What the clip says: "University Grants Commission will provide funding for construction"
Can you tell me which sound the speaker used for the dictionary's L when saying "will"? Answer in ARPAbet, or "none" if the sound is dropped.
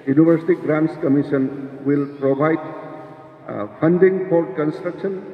L